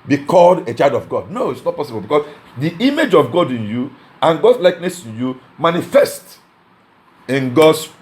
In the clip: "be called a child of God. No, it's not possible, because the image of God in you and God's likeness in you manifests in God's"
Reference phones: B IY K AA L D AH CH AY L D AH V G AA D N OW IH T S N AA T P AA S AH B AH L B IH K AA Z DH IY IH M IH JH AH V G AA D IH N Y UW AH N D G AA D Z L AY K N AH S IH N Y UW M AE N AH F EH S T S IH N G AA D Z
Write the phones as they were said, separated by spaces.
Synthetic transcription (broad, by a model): B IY K AA L D AH CH AY L D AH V G AA D N OW IH T S N AA T P AA S AH B AH L B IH K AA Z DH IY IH M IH JH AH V G AA D IH N Y UW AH N G AA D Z L AY K N AH S IH N Y UW M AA N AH F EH S T IH N G AA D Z